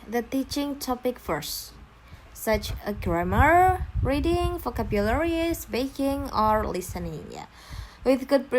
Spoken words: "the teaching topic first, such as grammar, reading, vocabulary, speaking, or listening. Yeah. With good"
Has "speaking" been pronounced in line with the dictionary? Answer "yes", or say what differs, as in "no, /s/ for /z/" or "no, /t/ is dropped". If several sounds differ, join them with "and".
no, /b/ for /p/